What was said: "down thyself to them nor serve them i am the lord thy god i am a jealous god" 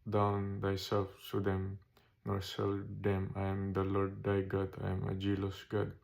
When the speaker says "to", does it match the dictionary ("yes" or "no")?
no